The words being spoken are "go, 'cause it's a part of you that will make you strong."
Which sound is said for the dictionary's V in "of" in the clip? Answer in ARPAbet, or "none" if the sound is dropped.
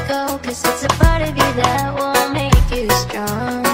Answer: V